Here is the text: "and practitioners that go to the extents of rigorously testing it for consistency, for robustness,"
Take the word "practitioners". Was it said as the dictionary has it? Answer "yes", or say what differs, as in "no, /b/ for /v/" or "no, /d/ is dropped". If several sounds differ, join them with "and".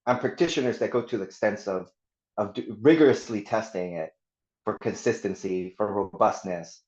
yes